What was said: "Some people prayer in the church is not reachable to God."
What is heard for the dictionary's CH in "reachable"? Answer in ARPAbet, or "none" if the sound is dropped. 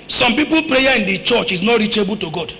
CH